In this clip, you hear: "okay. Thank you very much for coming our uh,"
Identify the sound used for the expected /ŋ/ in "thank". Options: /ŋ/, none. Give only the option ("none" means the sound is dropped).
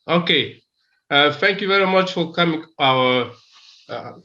/ŋ/